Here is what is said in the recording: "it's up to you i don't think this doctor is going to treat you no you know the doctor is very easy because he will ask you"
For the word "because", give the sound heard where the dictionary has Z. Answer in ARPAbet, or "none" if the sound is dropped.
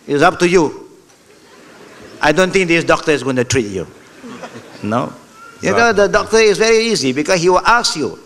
S